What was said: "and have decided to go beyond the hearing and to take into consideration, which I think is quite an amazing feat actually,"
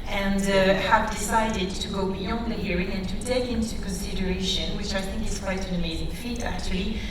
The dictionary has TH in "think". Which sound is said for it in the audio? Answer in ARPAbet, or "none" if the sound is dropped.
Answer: TH